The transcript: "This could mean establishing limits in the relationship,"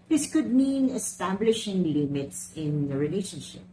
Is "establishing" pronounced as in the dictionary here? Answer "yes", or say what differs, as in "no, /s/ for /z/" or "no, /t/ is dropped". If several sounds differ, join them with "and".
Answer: yes